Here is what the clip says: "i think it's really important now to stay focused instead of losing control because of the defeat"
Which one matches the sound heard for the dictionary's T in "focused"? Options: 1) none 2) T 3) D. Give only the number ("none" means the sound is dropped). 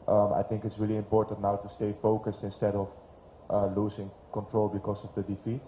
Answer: 2